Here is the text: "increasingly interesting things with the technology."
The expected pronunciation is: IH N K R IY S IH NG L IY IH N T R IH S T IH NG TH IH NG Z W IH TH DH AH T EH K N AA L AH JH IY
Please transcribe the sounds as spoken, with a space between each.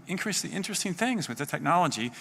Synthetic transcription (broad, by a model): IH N K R IY S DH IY IH N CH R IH S T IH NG TH IH NG Z W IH DH AH T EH K N AA L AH JH IY